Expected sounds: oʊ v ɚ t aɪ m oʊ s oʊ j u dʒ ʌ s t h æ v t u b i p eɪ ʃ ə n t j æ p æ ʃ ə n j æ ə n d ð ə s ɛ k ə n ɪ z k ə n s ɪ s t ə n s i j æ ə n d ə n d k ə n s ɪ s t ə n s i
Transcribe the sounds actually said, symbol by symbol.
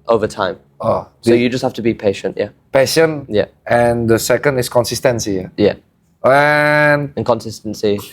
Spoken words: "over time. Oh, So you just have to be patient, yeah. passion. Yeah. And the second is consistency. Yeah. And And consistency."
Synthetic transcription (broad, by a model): oʊ v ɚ t aɪ m oʊ s oʊ j u dʒ ʌ s t h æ f t u b i p eɪ ʃ ə n t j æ p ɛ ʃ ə n j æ ə n d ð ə s ɛ k ə n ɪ s k ə n s ɪ s t ə n s i j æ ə n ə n k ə n s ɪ s t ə n s i